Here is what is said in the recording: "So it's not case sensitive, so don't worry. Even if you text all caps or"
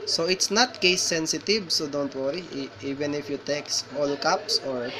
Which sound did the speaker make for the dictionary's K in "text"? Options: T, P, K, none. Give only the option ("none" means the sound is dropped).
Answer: K